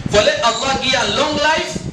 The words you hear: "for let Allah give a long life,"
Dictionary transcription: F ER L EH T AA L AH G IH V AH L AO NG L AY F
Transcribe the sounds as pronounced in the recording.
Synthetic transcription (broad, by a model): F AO L EH T AA L AH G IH AH L AO NG L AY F